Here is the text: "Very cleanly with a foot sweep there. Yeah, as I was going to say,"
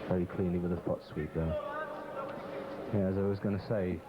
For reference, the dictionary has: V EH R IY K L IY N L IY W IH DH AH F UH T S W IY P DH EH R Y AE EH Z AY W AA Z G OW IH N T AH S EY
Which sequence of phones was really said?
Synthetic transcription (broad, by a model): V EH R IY K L IY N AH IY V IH DH AH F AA T S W IY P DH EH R Y AE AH Z AY W AA Z G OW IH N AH S EY